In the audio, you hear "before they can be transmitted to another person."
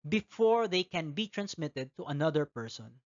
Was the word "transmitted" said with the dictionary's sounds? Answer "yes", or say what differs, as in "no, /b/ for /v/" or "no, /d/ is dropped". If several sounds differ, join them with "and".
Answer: yes